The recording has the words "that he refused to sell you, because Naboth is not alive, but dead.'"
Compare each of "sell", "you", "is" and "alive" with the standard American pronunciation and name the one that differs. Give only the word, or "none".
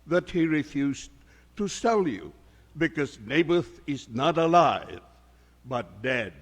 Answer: none